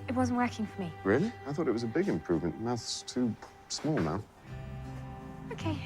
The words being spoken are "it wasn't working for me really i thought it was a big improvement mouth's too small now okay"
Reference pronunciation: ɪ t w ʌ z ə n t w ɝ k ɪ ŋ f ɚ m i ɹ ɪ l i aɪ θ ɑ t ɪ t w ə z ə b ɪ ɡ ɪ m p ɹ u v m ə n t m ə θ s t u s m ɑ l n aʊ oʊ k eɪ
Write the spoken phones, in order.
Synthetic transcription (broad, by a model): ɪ t w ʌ z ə n t w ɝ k ɪ ŋ f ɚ m i ɹ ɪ n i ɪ θ ɑ t ɪ t w ə z ə b ɪ ɡ ɪ m p ɹ u v m ə n t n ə t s t u s m ɑ l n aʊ oʊ k eɪ